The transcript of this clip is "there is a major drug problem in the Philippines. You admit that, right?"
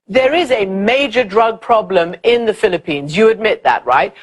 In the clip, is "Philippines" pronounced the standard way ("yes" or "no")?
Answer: yes